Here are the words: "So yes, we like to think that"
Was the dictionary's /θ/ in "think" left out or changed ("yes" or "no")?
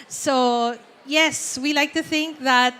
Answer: no